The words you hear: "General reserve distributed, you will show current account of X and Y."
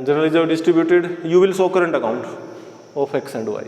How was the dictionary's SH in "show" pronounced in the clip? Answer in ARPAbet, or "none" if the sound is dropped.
S